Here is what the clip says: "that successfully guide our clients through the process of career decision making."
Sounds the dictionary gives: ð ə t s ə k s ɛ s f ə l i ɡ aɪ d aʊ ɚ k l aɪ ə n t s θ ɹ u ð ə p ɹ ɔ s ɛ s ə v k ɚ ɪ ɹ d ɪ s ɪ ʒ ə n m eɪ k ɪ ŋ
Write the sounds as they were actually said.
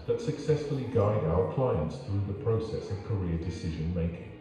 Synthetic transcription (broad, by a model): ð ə t s ə k s ɛ s f ə l i ɡ aɪ d aʊ ɚ k l aɪ ə n t s θ ɹ u ð ə p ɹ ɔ s ɛ s ə v k ɚ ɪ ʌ d ɪ s ɪ ʒ ə n m eɪ k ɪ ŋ